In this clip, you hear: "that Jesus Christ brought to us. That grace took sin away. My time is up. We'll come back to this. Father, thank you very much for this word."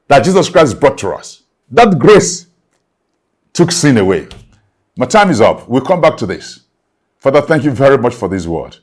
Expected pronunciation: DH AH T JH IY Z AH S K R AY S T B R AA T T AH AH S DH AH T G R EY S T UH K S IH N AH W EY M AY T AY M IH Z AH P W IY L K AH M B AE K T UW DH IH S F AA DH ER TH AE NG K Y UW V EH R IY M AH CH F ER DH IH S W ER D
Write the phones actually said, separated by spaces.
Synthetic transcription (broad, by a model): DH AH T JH IY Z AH S K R AY S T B R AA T T AH AH S DH AH T G R EY S T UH K S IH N AH W EY M AY T AY M IH Z AH P W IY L K AH M B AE K T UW DH IH S F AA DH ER TH AE NG K Y UW V EH R IY M AH CH F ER DH IH S W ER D